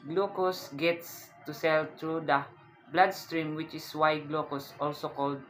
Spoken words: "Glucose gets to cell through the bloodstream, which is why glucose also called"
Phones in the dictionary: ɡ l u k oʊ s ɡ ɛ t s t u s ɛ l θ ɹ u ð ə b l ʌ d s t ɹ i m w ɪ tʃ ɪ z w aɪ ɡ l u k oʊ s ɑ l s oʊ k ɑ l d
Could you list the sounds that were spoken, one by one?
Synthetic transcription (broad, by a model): ɡ l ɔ k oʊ s ɡ ɛ t s t u s ɛ l t ɹ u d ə b l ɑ d s t ɹ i m w ɪ tʃ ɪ s w aɪ ɡ l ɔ k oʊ s ɑ l s oʊ k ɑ l d